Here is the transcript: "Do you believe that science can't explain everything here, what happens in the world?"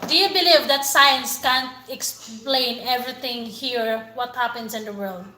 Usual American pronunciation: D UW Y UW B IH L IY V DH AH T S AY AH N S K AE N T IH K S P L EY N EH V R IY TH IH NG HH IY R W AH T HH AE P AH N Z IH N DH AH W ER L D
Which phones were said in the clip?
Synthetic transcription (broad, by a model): D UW Y UW B IH L IY V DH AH T S AY AH N S K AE N T IH K S P L EY N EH V R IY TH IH NG HH IY R W AH T HH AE P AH N S IH N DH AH W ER L D